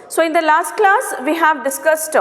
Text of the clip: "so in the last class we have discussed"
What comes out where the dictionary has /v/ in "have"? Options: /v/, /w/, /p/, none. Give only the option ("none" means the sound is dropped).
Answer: /v/